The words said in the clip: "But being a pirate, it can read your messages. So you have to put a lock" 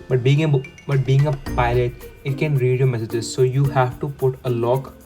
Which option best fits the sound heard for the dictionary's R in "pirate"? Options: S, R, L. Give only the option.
L